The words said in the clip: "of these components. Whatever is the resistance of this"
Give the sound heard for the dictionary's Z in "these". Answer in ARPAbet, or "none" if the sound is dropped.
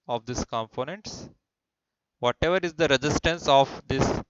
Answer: S